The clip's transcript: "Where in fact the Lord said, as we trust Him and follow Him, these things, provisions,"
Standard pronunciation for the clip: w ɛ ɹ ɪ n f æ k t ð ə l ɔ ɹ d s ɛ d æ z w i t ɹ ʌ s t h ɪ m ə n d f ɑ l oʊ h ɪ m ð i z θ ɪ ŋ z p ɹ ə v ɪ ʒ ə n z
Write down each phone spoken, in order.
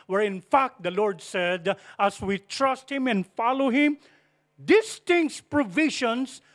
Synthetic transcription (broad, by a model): w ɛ ɹ ɪ n f æ k t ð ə l ɔ ɹ d s ɛ d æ s w i t ɹ ʌ s t h ɪ m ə n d f ɑ l oʊ h ɪ m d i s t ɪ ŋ s p ɹ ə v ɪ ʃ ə n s